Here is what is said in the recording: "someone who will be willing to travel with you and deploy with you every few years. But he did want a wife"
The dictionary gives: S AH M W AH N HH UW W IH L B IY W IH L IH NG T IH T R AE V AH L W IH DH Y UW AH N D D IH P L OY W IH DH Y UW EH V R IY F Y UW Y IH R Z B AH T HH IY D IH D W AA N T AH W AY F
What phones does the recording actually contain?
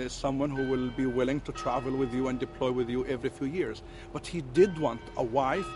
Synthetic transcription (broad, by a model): S AH M W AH N HH UW W IH L B IY W IH L IH NG T IH T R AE V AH L W IH DH Y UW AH N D D IH P L OY W IH DH Y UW EH V R IY F Y UW Y IH R Z B AH T HH IY D IH D W AA N T AH W AY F